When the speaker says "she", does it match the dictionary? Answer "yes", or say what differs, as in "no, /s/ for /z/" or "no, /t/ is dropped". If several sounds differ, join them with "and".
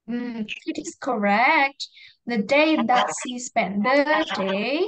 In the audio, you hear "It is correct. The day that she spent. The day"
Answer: no, /s/ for /ʃ/